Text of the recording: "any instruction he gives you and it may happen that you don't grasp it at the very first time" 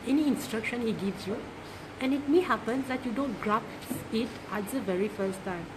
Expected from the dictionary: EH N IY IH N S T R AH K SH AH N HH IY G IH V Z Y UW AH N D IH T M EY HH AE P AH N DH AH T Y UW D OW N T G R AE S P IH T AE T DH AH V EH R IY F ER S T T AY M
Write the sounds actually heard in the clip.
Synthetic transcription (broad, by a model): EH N IY IH N S T R AH K SH AH N HH IY G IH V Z Y UW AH N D IH T M EY HH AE P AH N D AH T Y UW D OW N T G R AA P IH T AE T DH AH V EH R IY F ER S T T AY M